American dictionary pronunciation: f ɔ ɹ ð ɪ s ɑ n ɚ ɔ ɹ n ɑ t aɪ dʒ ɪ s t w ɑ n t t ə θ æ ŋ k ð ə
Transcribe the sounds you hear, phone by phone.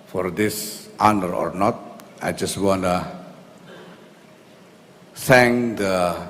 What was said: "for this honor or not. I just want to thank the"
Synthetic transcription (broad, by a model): f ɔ ɹ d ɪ s ɑ n ɚ ɔ ɹ n ɑ t aɪ dʒ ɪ s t w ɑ n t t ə s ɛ ŋ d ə